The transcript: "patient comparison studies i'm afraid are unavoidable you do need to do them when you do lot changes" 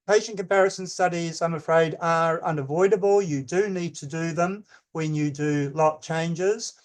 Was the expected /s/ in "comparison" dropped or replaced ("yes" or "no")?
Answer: no